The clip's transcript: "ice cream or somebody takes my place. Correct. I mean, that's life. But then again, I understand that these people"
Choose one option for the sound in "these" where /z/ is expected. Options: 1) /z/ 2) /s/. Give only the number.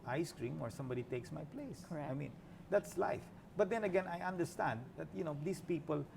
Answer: 2